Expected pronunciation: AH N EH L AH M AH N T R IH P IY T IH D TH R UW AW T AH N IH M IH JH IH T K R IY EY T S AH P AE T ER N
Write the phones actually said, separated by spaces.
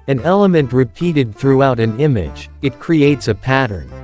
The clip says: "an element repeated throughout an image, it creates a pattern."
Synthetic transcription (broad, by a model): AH N EH L AH M AH N T R IH P IY T IH D TH R UW AW T AH N IH M IH JH IH T K R IY EY T S AH P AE T ER N